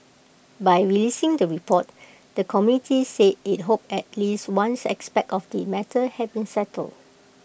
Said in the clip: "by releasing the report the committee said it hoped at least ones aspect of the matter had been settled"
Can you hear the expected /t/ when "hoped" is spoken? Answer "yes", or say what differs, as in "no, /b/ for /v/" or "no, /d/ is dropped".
no, /t/ is dropped